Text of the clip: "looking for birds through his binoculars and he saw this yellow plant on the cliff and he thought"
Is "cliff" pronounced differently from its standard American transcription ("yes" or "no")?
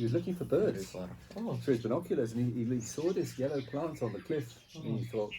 no